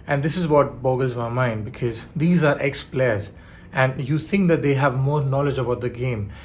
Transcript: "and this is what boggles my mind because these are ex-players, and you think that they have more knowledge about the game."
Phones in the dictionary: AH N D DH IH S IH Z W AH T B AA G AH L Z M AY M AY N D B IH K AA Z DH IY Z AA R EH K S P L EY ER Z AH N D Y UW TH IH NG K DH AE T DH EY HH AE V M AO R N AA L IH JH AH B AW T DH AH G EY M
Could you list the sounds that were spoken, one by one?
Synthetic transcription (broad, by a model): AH N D IH S IH Z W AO T B AA G AH L Z M AY M AY N D B IH K AA Z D IY Z AA R EH K S P L EY ER Z AH N D Y UW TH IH NG K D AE T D EY HH AE V M AO R N AA L IH JH AH B AW T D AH G EY M